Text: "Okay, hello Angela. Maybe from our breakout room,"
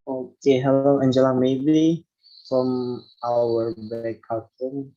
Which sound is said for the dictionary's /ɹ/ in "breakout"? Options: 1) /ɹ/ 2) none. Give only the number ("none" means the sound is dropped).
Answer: 2